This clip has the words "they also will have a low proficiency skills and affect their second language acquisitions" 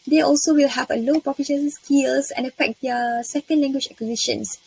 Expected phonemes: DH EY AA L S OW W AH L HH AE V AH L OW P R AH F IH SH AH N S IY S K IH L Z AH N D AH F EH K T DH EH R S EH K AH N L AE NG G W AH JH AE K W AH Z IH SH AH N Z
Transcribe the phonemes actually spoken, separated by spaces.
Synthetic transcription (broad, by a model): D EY AA L S OW W AH L HH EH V AH L OW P AH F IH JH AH S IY S K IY L S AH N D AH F EH K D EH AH S EH K AH N L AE NG G W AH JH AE K W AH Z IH SH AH N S